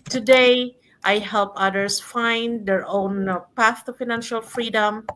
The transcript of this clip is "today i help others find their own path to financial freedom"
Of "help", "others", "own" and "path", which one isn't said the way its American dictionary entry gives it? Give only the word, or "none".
others